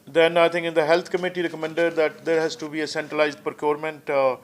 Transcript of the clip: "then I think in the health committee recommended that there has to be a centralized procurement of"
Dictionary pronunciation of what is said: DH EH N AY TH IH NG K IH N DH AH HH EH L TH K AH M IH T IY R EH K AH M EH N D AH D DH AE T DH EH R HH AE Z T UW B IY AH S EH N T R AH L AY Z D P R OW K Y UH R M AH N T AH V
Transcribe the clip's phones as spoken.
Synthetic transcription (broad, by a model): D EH N AY T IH NG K IH N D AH HH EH L T K AH M IH T IY R EH K AH M EH N D AH D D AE T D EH R HH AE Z T UW B IY AH S EH N T R AH L AY Z D P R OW K Y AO R M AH N T